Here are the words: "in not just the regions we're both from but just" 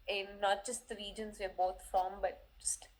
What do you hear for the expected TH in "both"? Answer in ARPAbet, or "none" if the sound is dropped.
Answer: T